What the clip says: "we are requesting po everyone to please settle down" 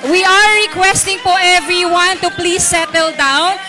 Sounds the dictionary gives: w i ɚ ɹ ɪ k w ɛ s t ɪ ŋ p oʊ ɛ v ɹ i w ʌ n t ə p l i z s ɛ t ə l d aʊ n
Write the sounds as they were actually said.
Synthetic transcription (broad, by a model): w i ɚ ɹ ɪ k w ɛ s t ɪ ŋ f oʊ ɛ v ɹ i w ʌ n t ə p l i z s ɛ t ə l d aʊ n